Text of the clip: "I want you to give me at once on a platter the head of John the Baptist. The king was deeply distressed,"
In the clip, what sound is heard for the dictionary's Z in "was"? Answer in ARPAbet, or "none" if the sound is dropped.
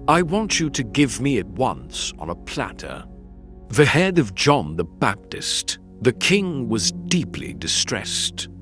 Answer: Z